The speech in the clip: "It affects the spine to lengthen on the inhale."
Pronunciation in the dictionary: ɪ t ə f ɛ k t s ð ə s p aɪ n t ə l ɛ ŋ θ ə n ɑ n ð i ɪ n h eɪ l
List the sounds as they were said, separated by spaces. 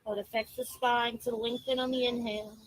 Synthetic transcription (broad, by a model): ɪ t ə f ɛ k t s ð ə s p aɪ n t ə w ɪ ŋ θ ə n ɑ n ð i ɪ n h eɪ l